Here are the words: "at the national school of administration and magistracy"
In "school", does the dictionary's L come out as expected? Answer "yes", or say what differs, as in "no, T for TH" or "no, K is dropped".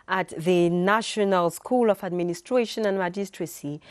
yes